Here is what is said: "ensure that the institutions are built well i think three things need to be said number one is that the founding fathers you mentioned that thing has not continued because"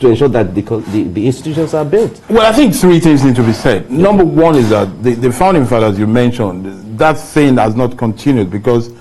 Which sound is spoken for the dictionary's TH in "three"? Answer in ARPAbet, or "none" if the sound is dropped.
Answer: TH